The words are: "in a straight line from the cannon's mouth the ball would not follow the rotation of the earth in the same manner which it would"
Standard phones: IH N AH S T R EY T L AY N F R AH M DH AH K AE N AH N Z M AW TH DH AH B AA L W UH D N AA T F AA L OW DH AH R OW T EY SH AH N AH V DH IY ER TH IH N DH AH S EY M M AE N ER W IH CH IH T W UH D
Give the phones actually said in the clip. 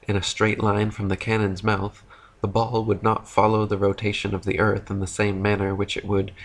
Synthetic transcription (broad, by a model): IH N AH S T R EY T L AY N F R AH M DH AH K AE N AH N Z M AW TH DH AH B AA L W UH D N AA T F AA L OW DH AH R OW T EY SH AH N AH V DH IY ER TH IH N DH AH S EY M M AE N ER W IH CH IH T W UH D